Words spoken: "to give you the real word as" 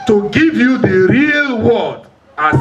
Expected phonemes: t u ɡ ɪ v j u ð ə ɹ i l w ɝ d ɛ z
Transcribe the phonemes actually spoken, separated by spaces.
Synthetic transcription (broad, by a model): t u ɡ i v j u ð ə ɹ i l w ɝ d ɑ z